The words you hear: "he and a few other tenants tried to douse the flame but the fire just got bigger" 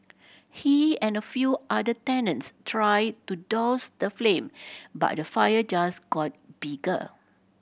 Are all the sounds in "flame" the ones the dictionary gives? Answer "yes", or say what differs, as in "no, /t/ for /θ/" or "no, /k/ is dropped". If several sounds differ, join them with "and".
yes